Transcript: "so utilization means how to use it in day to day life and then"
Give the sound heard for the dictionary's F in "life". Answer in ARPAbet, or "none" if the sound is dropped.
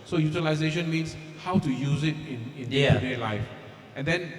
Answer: F